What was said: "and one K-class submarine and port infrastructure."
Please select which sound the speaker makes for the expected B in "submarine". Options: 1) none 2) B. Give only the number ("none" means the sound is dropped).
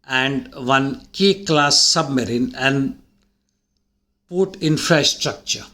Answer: 2